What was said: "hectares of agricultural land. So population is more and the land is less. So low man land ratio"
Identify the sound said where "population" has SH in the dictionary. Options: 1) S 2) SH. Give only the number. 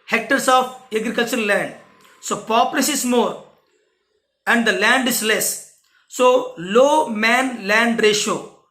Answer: 1